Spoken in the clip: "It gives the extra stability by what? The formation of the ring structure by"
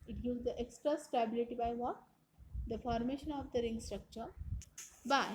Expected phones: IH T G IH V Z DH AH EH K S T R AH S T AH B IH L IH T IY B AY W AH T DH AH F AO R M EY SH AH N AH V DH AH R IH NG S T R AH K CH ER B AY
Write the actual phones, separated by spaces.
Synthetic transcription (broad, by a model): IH T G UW Z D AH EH K S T R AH S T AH B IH L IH T IY B AY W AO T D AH F AO R M EY SH AH N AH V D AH R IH NG S T R AH K CH ER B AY